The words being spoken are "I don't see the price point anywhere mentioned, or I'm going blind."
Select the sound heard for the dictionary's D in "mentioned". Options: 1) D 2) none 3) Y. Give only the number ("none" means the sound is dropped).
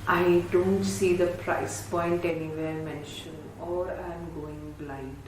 2